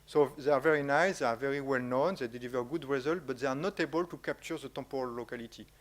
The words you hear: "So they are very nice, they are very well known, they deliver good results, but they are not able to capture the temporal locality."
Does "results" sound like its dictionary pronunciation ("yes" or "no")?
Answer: no